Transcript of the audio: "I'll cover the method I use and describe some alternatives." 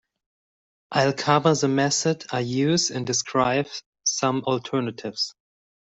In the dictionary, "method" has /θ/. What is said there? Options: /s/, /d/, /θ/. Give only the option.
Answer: /s/